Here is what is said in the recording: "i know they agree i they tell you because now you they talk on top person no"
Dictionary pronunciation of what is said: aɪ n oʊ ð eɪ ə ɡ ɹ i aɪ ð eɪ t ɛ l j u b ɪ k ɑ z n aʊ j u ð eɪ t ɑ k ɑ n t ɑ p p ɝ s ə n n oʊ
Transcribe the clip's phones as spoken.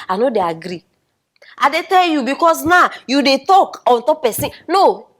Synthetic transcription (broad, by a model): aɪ n oʊ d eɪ ə ɡ ɹ i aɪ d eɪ t ɛ l j u b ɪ k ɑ s n aʊ j u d eɪ t ɑ k ɑ n t ɑ p p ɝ s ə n n oʊ